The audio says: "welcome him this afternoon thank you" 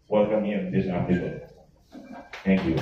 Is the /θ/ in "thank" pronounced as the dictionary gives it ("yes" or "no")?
no